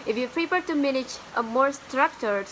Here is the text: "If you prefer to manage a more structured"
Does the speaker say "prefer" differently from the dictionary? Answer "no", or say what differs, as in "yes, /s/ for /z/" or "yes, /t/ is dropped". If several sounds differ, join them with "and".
yes, /p/ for /f/